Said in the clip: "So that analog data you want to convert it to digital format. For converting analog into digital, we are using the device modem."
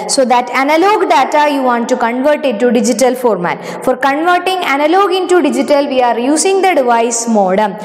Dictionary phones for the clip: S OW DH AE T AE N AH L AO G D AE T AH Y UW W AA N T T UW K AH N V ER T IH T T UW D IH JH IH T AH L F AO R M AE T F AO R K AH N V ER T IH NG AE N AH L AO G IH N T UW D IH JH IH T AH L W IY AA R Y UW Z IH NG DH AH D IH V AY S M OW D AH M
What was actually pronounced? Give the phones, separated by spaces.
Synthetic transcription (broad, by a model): S OW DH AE T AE N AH L AO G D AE T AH Y UW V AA N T T UW K AH N V ER T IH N T UW D IH JH IH T AH L F AO R M AE T F AO R K AH N V ER T IH NG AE N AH L AO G IH N T UW D IH JH IH T AH L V IY AA R Y UW S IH NG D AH D IH V AY S M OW D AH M